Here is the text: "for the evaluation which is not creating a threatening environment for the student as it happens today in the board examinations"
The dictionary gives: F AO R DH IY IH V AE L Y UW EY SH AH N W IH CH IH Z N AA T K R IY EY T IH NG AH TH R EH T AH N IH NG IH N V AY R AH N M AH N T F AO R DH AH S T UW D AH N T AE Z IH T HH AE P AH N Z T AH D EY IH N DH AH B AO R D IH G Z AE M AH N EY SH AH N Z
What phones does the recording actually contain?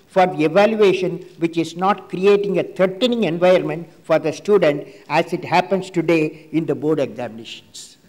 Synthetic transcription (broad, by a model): F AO R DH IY IH V AE L Y UW EY SH AH N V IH CH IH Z N AA T K R IY EY T IH NG AH T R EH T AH N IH NG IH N V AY AH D M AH N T F AO R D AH S T UW D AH N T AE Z IH T HH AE P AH N S T AH D EY IH N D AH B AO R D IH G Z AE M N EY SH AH N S